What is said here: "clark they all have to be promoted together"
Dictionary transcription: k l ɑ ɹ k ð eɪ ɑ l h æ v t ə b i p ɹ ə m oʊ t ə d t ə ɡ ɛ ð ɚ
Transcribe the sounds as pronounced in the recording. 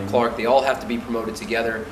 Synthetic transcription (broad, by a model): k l ɑ ɹ k ð eɪ ɑ l h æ f t ə b i p ɹ ə m oʊ t ə d t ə ɡ ɛ ð ɚ